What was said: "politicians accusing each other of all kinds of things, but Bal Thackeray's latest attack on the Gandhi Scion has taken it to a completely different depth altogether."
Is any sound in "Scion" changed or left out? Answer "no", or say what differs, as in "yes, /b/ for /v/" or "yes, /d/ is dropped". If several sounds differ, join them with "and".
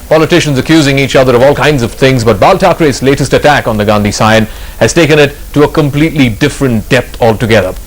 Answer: no